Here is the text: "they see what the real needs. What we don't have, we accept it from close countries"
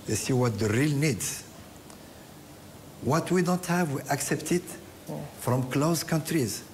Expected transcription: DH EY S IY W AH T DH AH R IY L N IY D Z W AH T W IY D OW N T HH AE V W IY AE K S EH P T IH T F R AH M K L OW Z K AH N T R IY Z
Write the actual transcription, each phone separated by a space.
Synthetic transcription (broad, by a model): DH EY S IY W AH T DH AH R IY L N IY D Z W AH T W IY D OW N T HH AE V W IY AE K S EH P T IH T F R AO M K L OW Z K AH N T R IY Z